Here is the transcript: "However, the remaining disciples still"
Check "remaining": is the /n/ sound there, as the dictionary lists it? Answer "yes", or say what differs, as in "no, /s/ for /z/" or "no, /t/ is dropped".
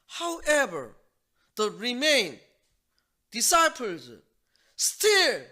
no, /n/ is dropped